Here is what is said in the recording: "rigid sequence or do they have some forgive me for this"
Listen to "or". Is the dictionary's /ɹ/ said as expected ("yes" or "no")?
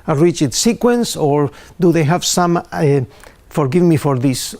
yes